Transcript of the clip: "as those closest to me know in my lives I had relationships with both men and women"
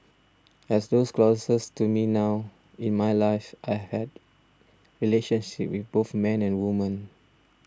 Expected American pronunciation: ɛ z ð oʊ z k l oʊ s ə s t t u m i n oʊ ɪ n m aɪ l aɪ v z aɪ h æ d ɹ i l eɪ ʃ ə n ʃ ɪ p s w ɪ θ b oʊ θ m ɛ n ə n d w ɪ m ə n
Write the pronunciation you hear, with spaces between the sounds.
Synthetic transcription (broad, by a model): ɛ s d oʊ s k l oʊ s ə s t t u m i n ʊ ɪ n m aɪ l aɪ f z aɪ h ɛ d ɹ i l eɪ ʃ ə n ʃ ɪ p w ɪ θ b oʊ θ m ɛ n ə n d w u m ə n